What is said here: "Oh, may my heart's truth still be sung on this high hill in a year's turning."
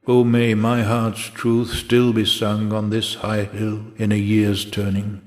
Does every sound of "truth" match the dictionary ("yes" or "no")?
yes